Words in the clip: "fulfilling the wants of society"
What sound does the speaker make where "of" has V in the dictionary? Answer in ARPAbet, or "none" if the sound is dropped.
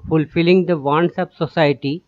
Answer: P